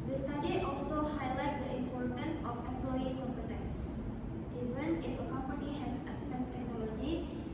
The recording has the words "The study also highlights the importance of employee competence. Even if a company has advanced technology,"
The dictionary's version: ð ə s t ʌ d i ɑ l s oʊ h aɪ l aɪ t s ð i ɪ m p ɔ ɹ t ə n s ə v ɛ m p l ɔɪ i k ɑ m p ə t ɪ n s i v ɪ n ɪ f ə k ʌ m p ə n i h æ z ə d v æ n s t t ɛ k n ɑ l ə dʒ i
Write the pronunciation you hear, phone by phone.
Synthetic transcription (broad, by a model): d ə s t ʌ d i ɑ l s oʊ h aɪ l aɪ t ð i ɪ m p ɔ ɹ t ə n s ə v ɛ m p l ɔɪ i k ɑ m p ə t ɪ n s i v ɪ n ɪ f ə k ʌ m p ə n i h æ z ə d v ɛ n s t t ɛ k n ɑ l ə dʒ i